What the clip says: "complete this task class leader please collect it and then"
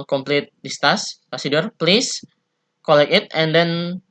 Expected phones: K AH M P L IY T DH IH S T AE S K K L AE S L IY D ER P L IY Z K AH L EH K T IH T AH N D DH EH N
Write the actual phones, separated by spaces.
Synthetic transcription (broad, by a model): K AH M P L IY T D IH S T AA S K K AO S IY D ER P L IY S K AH L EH K IH T AH N D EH N